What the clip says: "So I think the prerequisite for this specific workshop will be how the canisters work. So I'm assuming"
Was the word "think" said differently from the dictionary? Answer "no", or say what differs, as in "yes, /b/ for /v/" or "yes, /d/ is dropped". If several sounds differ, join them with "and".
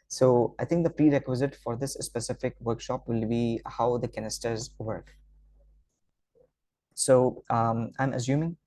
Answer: yes, /t/ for /θ/